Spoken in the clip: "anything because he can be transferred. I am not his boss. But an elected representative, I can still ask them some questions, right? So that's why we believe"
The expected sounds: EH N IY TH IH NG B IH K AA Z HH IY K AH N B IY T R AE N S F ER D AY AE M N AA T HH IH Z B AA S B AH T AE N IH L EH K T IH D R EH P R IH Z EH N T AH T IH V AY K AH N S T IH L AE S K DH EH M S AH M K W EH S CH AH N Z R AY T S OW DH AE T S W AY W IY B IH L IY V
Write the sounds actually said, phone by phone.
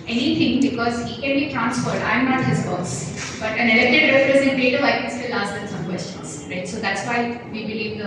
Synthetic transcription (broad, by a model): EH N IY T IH NG B IH K AA Z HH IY K AH N B IY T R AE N S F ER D AY M N AA T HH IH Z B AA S B AH T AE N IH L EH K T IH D R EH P R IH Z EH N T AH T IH AY K AH N S T IH L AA S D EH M S AH M K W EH S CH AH N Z R AY T S OW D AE T S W AY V IY B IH L IY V